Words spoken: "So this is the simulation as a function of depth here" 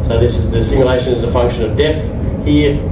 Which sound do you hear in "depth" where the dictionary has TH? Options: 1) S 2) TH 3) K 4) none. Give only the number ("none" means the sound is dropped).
2